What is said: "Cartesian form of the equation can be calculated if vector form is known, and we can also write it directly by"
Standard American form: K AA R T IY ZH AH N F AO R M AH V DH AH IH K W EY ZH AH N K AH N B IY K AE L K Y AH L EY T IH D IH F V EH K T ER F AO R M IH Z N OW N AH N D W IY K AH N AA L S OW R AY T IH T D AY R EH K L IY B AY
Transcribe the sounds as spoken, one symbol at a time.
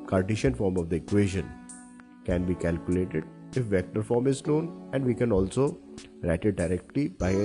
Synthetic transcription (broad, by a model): K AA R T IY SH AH N F AO R M AH V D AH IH K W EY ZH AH N K AH N B IY K AE L K Y AH L EY T IH D IH F V EH K T ER F AO R M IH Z L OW N AH N D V IY K AH N AA L S OW R AY T IH T D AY R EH K L IY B AY